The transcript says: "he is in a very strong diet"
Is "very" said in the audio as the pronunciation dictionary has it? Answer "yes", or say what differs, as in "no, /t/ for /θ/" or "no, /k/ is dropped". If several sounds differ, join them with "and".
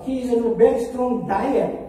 no, /b/ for /v/